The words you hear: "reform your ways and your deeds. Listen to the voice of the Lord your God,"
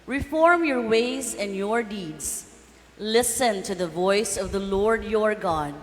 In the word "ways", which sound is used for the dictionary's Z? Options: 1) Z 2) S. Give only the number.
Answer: 1